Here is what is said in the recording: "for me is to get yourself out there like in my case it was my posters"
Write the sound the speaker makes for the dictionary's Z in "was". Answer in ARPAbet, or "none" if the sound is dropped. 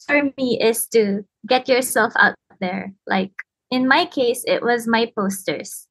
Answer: Z